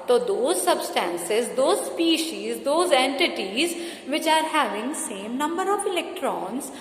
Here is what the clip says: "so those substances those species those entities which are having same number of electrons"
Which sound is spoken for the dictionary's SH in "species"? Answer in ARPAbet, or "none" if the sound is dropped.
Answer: SH